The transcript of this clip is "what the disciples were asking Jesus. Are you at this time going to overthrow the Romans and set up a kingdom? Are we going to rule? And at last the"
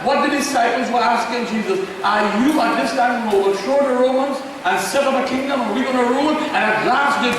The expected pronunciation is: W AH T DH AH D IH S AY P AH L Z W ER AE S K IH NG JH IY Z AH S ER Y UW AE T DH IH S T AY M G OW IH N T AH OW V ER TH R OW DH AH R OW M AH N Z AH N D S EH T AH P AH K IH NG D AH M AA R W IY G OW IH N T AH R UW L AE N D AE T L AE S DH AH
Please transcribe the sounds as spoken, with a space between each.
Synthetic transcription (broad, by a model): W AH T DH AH D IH S AY P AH L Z W ER AE S K IH NG JH IY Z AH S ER Y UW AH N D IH S T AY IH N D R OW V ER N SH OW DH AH R OW M AH N Z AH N S EH T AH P AH K IH NG D AH M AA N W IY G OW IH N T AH R UW L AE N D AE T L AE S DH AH